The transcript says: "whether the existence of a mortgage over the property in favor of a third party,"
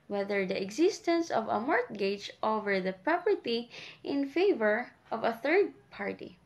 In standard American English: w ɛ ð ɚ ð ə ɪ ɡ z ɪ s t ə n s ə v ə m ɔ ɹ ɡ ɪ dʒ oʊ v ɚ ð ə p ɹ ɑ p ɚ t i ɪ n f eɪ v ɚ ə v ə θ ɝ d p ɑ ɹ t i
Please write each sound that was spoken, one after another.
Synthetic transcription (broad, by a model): w ɛ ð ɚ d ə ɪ ɡ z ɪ s t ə n s ə v ə m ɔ ɹ ɡ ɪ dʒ oʊ v ɚ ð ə p ɹ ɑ p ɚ t i ɪ n f eɪ v ɚ ə v ə θ ɝ d p ɑ ɹ t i